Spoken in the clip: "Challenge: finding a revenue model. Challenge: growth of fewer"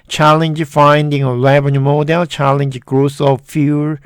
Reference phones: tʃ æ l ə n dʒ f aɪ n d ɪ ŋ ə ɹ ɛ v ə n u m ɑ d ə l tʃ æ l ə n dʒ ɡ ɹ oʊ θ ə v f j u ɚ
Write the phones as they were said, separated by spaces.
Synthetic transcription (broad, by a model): tʃ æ l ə n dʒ f aɪ n d ɪ ŋ ə l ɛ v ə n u m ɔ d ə l tʃ æ l ə n dʒ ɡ ɹ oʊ s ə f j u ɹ